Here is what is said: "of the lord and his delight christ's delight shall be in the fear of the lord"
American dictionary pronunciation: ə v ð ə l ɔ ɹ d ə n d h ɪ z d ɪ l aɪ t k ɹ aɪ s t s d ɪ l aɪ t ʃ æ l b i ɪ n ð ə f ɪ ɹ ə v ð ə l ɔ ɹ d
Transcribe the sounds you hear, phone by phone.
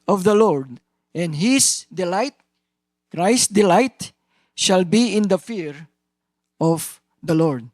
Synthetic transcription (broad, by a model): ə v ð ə l ɔ ɹ d ə n d h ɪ s d ɪ l aɪ t k ɹ aɪ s s d ɪ l aɪ t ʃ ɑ l b i ɪ n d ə f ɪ ɹ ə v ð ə l ɔ ɹ d